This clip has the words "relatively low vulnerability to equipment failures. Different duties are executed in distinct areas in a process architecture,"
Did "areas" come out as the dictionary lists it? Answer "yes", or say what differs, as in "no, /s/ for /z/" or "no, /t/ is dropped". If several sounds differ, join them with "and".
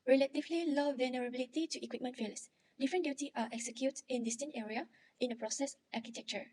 no, /z/ is dropped